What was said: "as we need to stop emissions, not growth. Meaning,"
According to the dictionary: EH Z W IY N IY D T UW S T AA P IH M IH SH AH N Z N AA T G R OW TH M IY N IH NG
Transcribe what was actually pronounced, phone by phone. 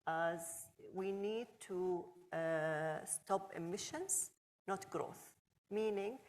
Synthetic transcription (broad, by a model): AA Z W IY N IY D T UW S T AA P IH M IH SH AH N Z N AA T G R OW TH M IY N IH NG